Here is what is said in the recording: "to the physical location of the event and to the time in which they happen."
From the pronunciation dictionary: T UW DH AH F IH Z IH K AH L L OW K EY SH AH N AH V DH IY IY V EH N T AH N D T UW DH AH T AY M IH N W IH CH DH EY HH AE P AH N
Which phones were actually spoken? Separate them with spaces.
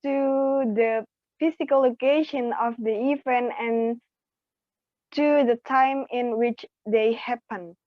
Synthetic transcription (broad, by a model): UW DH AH F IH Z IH K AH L L OW K EY SH AH N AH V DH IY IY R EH N AH N T UW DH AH T AY M IH N W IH CH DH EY HH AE P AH N